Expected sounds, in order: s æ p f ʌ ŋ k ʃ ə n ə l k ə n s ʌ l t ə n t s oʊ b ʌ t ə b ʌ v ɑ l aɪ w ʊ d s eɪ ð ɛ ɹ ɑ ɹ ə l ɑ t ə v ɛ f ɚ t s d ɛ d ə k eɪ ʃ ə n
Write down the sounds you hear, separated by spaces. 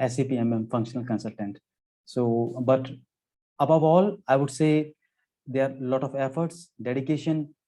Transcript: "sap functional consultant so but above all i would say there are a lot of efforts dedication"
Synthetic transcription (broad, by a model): s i p f ʌ ŋ k ʃ ə n ə l k ə n s ʌ l t ə n t s oʊ b ʌ t ə b ʌ v ɑ l aɪ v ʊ d s eɪ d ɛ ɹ ɑ ɹ l ɑ t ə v ɛ f ɚ t s d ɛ d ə k eɪ ʃ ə n